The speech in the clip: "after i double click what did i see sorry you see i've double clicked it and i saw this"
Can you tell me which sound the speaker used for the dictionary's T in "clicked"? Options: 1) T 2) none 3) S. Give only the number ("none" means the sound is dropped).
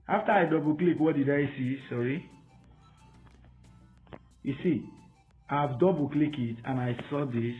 2